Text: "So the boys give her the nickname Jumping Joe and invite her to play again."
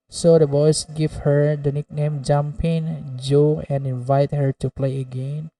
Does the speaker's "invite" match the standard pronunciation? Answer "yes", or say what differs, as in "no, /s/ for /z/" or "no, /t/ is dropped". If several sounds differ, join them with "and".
yes